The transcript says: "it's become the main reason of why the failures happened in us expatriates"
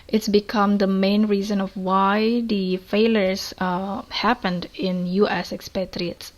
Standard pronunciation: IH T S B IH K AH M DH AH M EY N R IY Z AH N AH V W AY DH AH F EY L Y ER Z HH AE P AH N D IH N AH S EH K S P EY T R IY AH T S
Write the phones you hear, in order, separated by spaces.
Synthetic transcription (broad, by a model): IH T S B IH K AH M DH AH M EY N R IY Z AH N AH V W AY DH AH F EY L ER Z HH AE P AH N D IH N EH S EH K S P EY T R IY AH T S